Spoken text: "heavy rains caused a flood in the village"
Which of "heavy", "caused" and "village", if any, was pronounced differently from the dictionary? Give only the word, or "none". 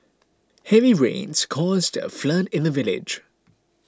none